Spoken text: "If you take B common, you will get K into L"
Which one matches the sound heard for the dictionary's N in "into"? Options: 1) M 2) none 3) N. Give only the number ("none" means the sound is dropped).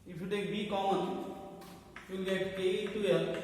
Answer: 2